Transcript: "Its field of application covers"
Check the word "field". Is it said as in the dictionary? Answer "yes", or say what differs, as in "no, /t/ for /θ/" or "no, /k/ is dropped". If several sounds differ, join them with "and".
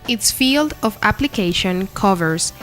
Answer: yes